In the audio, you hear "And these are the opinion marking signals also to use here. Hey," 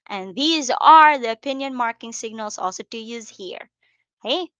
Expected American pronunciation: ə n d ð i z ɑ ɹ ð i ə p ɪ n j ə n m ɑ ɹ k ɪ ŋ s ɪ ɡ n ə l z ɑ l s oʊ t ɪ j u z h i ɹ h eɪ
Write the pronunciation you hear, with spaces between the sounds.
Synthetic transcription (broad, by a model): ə n ð i z ɑ ɹ ð i ə p ɪ n j ə n m ɑ ɹ k ɪ ŋ s ɪ ɡ n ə l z ɑ l s oʊ t ɪ j u z h i ɹ h eɪ